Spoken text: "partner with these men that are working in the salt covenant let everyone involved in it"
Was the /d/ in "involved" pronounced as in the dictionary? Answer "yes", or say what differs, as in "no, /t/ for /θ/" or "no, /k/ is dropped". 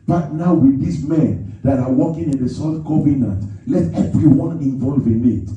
no, /d/ is dropped